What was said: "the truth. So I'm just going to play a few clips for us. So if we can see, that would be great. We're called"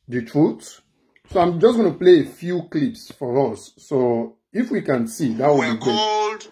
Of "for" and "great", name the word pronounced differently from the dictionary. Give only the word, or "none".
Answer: great